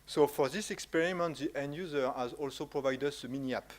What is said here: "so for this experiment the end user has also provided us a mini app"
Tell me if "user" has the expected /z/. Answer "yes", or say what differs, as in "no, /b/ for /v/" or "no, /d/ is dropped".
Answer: yes